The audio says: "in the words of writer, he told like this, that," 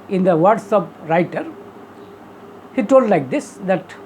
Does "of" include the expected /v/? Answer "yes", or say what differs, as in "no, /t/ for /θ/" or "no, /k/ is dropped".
no, /p/ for /v/